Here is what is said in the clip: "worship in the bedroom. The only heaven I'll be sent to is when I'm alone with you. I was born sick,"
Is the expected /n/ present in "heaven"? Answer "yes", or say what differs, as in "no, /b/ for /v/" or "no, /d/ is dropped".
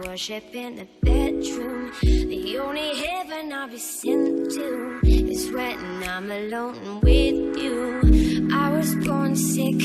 yes